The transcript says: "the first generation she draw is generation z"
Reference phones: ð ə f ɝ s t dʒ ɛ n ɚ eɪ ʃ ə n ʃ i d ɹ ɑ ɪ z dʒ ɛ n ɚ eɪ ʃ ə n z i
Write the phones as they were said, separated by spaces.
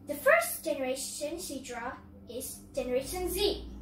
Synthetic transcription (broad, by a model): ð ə f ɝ s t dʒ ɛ n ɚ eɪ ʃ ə n s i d ɹ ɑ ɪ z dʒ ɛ n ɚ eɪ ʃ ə n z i